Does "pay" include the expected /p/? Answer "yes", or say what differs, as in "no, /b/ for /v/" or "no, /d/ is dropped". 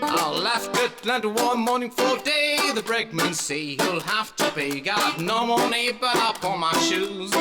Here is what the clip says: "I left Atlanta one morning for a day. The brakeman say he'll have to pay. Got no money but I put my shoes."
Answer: no, /b/ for /p/